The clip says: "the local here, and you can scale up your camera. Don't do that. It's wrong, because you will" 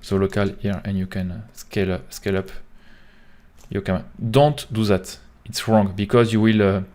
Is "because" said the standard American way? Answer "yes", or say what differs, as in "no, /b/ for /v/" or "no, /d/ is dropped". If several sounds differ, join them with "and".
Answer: yes